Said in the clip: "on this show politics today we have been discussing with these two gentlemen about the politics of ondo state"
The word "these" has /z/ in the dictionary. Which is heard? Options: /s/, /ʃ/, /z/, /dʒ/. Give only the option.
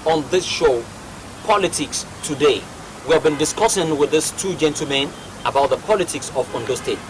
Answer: /s/